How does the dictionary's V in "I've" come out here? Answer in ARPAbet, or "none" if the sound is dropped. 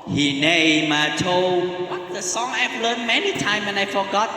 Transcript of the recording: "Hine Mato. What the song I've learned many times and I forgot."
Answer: P